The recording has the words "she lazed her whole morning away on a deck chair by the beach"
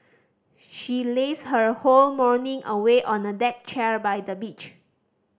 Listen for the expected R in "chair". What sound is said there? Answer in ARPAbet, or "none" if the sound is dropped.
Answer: R